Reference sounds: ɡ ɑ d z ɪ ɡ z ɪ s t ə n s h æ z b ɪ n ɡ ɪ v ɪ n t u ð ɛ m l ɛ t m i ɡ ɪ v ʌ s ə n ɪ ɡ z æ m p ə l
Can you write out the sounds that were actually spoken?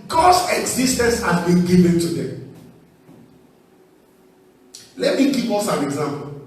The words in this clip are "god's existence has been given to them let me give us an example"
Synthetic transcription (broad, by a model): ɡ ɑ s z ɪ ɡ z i s t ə n s h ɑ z b ɪ n ɡ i v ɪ n t u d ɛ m l ɛ t m i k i p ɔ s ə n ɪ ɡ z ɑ m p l